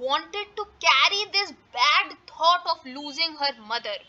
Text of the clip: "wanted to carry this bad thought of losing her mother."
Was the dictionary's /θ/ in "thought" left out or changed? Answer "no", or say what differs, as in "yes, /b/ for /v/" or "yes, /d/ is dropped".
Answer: yes, /t/ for /θ/